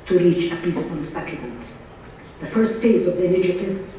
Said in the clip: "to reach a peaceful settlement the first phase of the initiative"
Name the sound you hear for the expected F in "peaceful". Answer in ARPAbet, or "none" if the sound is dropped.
none